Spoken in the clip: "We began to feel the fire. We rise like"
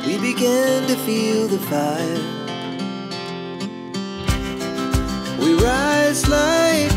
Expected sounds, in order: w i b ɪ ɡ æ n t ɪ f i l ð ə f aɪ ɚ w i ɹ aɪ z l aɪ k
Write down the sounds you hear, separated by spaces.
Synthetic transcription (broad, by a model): w i b ɪ ɡ æ n t ɪ f i l ð ə f aɪ ɚ w i ɹ aɪ z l aɪ